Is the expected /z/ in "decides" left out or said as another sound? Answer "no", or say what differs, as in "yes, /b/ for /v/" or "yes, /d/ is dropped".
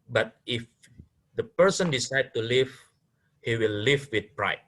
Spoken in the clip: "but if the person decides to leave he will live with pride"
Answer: yes, /z/ is dropped